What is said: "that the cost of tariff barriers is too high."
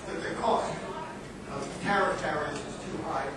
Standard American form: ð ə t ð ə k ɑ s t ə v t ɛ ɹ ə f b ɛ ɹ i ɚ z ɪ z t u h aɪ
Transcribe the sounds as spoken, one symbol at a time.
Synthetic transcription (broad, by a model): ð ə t ð ə k ɑ s t ə v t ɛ ɹ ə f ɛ ɹ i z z t u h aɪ